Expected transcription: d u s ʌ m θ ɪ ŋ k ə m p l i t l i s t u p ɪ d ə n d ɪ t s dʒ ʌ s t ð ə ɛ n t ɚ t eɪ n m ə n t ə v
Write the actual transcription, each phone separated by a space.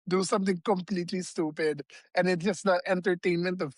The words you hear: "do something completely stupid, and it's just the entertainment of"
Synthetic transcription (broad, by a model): d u s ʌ m t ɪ ŋ k ə m p l i t l i s t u p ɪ d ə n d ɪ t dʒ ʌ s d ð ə ɛ n t ɚ t eɪ n m ə n t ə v